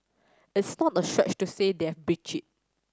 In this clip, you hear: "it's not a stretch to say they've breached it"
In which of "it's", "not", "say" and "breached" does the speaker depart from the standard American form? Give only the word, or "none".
breached